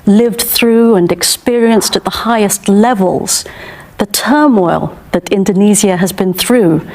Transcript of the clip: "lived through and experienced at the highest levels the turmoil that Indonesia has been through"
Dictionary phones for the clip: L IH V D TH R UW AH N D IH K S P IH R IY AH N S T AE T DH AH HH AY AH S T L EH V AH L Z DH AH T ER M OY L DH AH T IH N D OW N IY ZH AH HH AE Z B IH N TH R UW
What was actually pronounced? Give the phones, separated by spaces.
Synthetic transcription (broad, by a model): L IH V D TH R UW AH N IH K S P IH R IY AH N S T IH T DH AH HH AY AH S T L EH V AH L Z DH AH T ER M OY L DH AH T IH N D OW N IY Z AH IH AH Z B IH N TH R UW